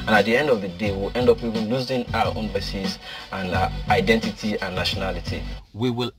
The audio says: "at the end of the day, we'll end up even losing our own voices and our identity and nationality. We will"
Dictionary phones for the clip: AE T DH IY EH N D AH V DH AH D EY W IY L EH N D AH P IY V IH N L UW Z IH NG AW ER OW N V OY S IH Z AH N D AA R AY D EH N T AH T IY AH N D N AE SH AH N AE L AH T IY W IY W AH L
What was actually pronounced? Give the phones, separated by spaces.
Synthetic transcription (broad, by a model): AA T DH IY EH N D AH V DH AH D EY W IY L EH N D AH P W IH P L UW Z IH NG AW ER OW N B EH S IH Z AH N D AA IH D EH N T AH T IY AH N N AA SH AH N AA L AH T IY W IY W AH L